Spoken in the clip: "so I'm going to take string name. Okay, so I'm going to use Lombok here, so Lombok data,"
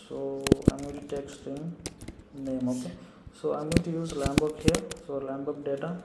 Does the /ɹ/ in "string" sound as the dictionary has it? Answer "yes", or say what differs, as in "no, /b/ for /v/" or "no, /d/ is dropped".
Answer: no, /ɹ/ is dropped